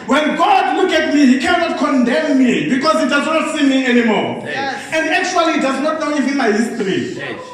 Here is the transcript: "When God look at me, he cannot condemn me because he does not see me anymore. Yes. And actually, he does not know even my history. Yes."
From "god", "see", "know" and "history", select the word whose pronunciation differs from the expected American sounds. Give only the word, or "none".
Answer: history